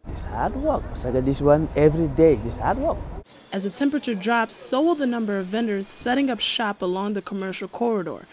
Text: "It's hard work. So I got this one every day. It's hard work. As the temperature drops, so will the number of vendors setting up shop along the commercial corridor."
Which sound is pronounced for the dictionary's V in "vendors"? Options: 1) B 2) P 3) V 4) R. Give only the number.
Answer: 3